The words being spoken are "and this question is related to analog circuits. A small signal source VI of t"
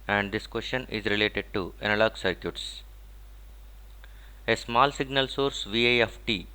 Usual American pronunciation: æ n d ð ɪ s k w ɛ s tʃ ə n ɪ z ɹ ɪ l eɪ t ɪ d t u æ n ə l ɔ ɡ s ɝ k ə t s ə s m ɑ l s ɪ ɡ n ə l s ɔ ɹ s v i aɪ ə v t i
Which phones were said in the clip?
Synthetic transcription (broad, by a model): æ n d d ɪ s k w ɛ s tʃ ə n ɪ z ɹ ɪ l eɪ t ɪ d t u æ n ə l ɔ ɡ s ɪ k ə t s ə s m ɑ l s ɪ ɡ n ə l s ɔ ɹ s v i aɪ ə f t i